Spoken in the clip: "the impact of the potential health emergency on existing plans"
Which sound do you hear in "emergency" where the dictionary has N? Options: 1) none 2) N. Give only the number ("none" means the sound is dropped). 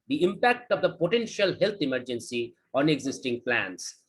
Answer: 2